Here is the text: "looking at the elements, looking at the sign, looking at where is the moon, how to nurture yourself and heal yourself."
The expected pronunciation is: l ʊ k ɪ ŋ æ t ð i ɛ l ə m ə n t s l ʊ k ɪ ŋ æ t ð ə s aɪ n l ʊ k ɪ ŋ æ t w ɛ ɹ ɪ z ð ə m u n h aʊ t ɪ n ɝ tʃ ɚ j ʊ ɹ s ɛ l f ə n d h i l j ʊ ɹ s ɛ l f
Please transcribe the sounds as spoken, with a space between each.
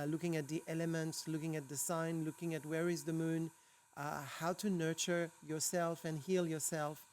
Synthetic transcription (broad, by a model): l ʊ k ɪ ŋ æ t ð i ɛ l ə m ə n t s l ʊ k ɪ ŋ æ t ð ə s aɪ n l ʊ k ɪ ŋ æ t w ɛ ɹ ɪ z ð ə m u n h aʊ t ɪ n ɝ tʃ ɚ j ʊ ɹ s ɛ l f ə n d h i l j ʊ ɹ s ɛ l f